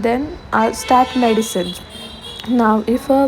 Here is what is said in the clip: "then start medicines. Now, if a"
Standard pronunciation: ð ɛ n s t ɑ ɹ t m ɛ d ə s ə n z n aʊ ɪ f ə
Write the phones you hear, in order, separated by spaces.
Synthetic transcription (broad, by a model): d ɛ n s t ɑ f m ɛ d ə s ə n n aʊ ɪ f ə